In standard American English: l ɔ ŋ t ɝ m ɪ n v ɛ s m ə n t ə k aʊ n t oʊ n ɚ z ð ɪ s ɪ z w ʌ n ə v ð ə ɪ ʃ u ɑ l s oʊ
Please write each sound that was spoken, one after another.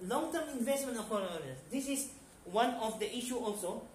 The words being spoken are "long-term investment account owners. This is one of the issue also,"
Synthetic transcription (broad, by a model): l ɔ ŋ t ɝ m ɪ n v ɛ s m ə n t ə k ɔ t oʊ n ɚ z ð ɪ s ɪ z w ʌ n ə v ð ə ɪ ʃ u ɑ l s oʊ